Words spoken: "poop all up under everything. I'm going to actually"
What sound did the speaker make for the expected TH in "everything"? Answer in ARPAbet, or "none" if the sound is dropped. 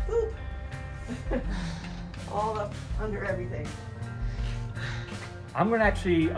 TH